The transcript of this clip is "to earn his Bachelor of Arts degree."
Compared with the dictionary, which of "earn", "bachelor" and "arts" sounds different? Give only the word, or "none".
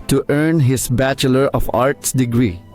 none